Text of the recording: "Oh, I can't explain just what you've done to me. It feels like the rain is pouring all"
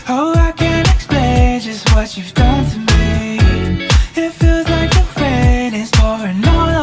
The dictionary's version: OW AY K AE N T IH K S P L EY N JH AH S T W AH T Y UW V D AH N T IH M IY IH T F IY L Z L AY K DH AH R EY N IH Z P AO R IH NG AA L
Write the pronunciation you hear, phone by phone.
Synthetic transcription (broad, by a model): OW AY K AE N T IH K S P L EY N JH AH S T W AH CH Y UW V D AH N T IH M IY IH T F IY L Z L AY K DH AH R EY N IH Z F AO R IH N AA